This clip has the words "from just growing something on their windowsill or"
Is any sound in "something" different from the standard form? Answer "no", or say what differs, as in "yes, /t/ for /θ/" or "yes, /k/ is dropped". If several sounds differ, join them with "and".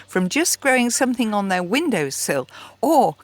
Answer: no